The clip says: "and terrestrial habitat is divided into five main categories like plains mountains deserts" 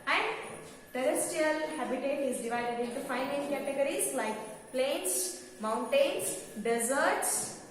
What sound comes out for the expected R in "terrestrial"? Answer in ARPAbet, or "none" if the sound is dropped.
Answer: none